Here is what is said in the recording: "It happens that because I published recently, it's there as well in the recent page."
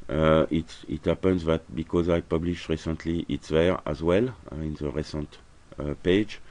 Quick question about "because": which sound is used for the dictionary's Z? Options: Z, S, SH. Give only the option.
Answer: Z